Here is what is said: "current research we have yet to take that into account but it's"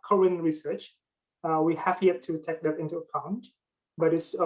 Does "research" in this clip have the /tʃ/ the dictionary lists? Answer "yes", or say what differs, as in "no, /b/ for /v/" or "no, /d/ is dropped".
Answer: yes